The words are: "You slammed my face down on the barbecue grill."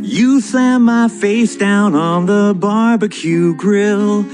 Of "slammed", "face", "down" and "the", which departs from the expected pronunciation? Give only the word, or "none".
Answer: slammed